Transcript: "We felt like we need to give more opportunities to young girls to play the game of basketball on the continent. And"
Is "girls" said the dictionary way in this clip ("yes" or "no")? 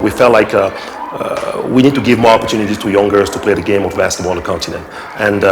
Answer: no